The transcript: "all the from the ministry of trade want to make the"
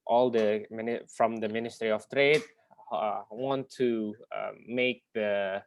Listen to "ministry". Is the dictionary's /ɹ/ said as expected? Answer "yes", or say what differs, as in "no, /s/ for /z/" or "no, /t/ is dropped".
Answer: yes